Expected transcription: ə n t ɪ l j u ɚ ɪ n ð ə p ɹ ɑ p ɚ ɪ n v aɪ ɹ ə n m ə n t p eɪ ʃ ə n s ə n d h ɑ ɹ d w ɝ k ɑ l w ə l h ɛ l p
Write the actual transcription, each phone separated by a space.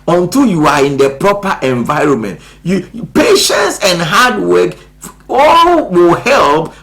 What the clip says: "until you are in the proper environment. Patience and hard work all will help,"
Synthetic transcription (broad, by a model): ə n t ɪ l j u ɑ ɪ n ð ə p ɹ ɑ p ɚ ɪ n v aɪ ɹ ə n m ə n t p eɪ ʃ ə n s ə n d h ɑ d w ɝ k ɑ l w ə l h ɛ l p